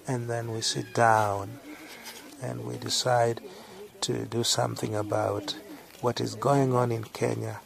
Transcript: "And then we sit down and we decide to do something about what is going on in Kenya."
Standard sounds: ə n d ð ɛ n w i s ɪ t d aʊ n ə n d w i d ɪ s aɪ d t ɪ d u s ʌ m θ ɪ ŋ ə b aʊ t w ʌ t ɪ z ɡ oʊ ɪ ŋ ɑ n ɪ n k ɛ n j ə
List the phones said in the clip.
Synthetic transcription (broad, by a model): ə n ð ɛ n w i s ɪ t d aʊ n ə n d w i d ɪ s aɪ d t ɪ d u s ʌ m θ ɪ ŋ ə b aʊ t w ʌ t ɪ z ɡ oʊ ɪ ŋ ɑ n ɪ n k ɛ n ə